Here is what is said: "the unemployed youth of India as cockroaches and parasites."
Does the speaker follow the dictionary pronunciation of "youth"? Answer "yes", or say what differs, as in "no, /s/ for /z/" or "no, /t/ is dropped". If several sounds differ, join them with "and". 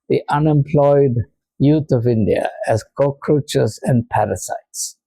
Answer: no, /t/ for /θ/